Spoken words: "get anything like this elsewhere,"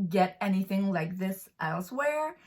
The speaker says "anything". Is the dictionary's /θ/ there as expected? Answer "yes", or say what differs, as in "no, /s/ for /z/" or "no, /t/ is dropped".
yes